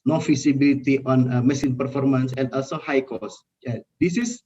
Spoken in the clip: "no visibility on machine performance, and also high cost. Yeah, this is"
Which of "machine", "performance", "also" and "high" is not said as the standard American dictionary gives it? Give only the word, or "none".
machine